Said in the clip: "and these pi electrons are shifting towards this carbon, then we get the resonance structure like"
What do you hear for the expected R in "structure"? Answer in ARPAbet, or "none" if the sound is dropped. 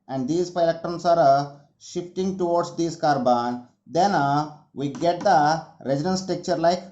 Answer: none